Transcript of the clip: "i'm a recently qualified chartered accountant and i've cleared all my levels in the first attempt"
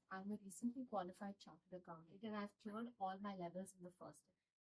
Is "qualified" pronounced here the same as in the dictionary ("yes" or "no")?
yes